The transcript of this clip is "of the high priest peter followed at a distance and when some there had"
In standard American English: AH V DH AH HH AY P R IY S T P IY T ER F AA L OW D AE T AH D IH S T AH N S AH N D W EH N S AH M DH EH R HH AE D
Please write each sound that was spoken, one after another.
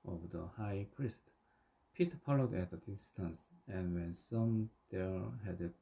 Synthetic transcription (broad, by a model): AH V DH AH HH AY P R IY S T P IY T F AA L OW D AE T AH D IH S T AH N S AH N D W EH N S AH M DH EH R HH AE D